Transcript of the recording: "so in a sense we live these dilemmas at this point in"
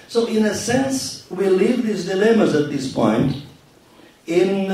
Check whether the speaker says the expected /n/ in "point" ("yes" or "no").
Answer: yes